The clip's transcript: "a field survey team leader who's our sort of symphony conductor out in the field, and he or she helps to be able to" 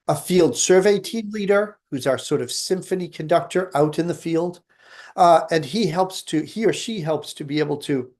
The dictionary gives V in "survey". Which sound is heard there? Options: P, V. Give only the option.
V